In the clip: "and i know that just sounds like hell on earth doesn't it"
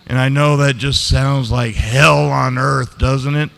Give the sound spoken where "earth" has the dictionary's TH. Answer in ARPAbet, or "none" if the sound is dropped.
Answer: TH